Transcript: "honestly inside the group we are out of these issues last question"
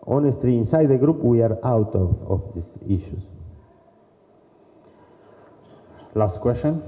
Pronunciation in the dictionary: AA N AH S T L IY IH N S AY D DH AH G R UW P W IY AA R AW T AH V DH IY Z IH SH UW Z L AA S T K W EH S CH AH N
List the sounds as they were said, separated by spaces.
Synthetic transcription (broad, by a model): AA N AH S T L IY IH N S AY D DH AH G R UW P W IY AA R AW T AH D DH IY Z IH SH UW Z L AA S T K W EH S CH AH N